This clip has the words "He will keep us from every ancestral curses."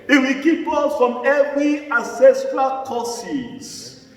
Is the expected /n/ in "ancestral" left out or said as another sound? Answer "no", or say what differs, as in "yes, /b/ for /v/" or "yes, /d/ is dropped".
yes, /n/ is dropped